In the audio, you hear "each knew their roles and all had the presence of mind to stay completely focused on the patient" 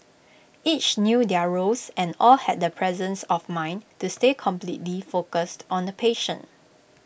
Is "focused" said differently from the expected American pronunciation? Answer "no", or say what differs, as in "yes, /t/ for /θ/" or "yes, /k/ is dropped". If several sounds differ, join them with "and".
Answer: no